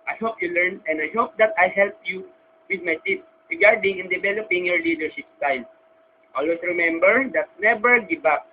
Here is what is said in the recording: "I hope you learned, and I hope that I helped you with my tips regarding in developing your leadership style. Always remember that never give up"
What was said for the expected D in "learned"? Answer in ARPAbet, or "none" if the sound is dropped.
none